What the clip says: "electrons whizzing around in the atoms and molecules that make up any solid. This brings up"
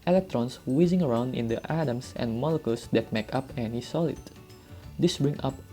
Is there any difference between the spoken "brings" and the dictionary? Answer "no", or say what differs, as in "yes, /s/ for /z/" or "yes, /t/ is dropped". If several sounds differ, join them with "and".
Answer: yes, /z/ is dropped